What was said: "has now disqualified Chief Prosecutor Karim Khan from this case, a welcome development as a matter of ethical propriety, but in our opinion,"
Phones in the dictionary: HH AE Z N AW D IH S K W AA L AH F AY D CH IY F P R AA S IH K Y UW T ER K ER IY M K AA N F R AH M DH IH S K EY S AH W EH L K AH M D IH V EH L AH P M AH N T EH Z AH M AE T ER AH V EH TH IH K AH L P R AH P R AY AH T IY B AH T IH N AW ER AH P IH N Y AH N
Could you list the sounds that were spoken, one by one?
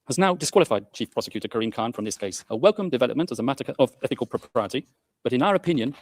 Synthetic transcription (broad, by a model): HH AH Z N AW D IH S K W AA L AH F AY D CH IY F P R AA S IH K Y UW T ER K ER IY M K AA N F R AH M DH IH S K EY S AH W EH L K AH M D IH V EH L AH P M AH N T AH Z AH M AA T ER AH V EH TH IH K AH L P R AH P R AY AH T IY B AH T IH N AW ER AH P IH N Y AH N